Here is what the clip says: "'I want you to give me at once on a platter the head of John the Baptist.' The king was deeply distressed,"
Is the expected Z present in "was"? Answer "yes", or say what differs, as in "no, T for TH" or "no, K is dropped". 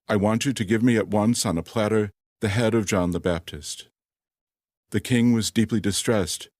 yes